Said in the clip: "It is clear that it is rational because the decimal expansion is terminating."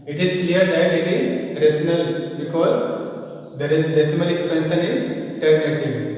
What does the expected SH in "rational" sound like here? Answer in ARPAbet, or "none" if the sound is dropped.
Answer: S